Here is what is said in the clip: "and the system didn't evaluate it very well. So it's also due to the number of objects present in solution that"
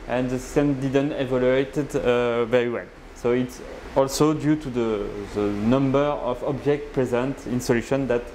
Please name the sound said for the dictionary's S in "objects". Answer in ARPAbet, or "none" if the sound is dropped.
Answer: none